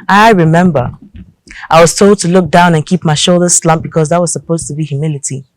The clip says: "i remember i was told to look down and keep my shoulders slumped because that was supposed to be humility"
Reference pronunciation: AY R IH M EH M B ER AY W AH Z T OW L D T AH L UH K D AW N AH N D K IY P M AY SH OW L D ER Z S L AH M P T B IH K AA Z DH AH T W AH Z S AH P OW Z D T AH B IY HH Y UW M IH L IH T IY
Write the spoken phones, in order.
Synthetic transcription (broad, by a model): AY R IH M EH M B ER AY W AH Z T OW L D T AH L UH K D AW N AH N K IY P M AY SH OW L D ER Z S L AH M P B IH K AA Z DH AH T W AH Z S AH P OW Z T AH B IY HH Y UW M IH L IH T IY